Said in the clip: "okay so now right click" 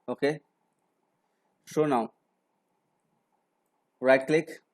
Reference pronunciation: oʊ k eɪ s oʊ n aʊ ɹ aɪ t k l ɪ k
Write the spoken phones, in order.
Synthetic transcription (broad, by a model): oʊ k eɪ ʃ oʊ n aʊ ɹ aɪ t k l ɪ k